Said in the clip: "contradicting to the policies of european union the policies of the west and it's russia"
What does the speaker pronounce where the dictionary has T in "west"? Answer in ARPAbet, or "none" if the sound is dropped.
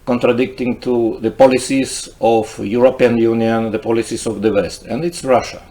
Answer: T